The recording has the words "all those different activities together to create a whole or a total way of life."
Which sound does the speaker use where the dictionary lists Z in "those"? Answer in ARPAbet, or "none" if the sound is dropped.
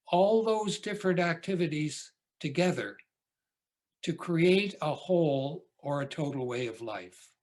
Z